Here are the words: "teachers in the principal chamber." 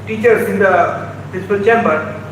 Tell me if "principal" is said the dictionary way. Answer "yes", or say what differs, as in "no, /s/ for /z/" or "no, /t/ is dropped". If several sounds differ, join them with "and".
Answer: no, /ɹ/ is dropped and /n/ is dropped